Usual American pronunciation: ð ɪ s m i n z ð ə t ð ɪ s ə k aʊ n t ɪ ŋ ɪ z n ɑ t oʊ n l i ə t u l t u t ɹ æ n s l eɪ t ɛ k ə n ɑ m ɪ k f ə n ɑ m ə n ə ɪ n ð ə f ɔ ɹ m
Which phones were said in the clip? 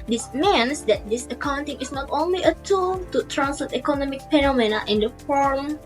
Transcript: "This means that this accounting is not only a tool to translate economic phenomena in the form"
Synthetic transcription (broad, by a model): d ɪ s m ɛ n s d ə t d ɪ s ə k aʊ n t ɪ ŋ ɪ s n ɑ t oʊ n l i ə t u l t u t ɹ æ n s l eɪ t ɛ k ə n ɑ m ɪ k p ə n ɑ m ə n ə ɪ n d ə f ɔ ɹ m